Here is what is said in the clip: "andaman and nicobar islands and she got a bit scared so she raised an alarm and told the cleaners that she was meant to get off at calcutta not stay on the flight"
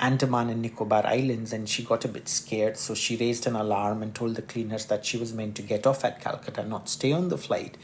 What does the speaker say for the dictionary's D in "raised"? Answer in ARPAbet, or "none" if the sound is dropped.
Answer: D